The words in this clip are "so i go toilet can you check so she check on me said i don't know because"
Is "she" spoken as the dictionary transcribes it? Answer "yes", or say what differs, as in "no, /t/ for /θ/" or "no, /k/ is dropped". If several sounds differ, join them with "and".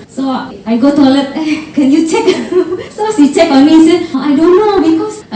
no, /s/ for /ʃ/